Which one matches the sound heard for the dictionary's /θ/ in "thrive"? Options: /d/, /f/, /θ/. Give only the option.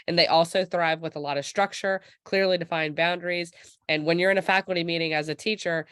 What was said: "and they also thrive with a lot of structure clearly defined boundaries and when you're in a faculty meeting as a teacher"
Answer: /θ/